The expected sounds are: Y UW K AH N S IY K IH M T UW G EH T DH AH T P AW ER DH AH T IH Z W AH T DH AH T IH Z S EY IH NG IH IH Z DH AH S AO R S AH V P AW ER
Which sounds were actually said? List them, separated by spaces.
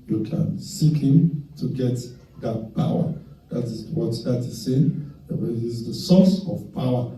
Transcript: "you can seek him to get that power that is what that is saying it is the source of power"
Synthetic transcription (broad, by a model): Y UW K AH N S IY K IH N T UW G EH T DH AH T P AW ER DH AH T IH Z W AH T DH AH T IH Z S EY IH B IH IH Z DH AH S AO S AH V P AW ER